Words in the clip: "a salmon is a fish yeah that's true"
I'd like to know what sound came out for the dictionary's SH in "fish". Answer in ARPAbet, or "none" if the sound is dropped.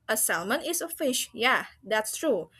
SH